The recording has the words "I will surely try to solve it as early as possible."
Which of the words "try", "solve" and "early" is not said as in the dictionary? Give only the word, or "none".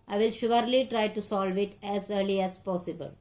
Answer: none